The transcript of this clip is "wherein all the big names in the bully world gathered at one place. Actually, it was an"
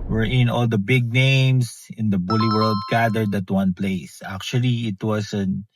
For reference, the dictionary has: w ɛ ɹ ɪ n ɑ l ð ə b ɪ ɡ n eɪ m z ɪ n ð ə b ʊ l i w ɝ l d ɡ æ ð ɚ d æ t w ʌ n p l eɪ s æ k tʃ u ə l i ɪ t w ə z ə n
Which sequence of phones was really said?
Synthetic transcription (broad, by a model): w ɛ ɹ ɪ n ɑ l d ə b ɪ ɡ n eɪ m s ɪ n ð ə b ʊ l i w ɝ l d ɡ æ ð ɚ d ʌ t w ʌ n p l eɪ s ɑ k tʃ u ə l i ɪ t w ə s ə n